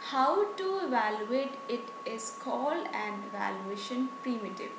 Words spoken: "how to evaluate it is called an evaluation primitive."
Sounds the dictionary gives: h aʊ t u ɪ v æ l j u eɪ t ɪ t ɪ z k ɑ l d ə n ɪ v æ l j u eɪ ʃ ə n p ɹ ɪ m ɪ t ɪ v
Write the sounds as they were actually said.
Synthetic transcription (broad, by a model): h aʊ t u ɪ v æ l j u eɪ t ɪ t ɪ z k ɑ l ə n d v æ l j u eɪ ʃ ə n p ɹ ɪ m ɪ t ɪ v